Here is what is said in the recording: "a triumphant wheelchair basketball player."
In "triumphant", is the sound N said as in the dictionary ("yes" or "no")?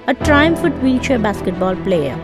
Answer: no